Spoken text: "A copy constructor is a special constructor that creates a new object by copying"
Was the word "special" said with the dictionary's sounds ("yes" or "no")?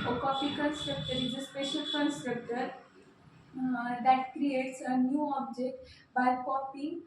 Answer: yes